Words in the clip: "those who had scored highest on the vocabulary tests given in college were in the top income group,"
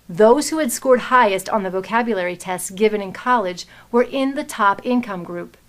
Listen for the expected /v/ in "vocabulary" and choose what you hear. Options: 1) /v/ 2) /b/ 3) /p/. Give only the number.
1